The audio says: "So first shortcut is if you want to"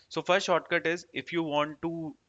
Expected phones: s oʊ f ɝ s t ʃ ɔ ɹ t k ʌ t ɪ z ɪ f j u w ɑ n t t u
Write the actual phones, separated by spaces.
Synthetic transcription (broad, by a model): s oʊ f ɝ s t ʃ ɔ ɹ t k ʌ t ɪ z ɪ f j u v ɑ n t t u